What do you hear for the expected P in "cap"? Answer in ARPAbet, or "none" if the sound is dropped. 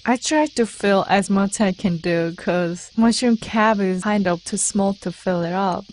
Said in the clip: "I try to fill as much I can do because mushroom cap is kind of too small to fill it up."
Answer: B